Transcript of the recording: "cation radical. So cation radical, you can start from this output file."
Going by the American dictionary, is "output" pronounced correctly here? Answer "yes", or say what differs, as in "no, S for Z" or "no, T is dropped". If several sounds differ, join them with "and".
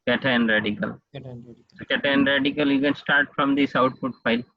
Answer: no, F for P